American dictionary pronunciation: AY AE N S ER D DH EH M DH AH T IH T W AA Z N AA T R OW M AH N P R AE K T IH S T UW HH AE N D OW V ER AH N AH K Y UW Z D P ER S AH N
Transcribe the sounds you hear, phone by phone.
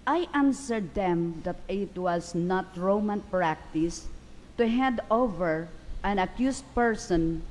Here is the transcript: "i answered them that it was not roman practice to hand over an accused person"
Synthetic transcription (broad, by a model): AY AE N S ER D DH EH M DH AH T IH T W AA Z N AA T R OW M AH N P R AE K T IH S T UW HH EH N D OW V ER AH N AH K Y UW S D P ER S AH N